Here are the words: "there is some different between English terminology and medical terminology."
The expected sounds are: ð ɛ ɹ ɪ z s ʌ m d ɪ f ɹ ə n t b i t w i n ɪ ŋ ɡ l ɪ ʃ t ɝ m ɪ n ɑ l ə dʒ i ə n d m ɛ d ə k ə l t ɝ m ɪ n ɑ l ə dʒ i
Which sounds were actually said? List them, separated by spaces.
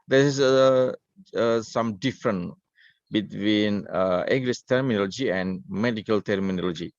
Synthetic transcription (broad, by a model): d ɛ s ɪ s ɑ m d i f ɹ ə n b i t w i n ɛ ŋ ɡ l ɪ s t ɝ m ɪ n ɑ l ə dʒ i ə n m ɛ d ə k ə l t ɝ m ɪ n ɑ l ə dʒ i